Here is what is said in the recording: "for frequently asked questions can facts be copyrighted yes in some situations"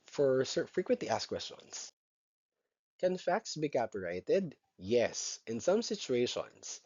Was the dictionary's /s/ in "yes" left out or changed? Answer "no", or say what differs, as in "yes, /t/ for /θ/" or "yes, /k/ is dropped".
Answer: no